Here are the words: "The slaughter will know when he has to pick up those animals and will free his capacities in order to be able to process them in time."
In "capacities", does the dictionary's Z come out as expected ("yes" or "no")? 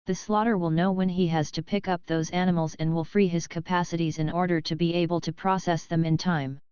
yes